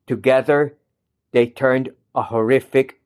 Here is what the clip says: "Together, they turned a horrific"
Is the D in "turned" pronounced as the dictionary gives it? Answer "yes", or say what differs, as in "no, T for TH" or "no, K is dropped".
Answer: yes